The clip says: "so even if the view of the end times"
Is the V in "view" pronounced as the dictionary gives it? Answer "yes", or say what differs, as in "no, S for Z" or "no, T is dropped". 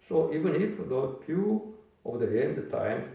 no, F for V